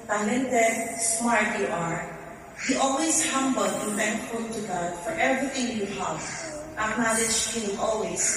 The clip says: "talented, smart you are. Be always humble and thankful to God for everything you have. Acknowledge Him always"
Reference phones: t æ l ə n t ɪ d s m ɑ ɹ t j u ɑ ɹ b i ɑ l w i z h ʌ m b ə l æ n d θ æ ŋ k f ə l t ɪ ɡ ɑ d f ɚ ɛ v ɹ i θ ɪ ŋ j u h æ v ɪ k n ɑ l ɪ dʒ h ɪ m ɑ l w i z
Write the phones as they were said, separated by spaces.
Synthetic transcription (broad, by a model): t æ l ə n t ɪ s m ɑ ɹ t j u ɑ ɹ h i ɑ l w i z h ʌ m b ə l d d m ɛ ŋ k ə t ɪ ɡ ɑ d f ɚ ɛ v ɹ i θ ɪ ŋ j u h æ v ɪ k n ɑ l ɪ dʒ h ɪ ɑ l w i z